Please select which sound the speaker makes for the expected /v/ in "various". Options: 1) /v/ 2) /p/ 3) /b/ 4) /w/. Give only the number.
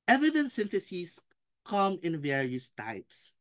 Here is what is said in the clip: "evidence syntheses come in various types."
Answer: 1